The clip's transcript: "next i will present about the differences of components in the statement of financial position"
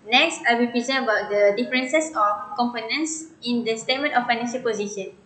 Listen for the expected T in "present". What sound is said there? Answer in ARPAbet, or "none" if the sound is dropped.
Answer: none